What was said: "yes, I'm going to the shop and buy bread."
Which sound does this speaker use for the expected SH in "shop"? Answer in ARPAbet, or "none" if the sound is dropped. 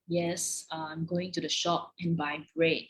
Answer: SH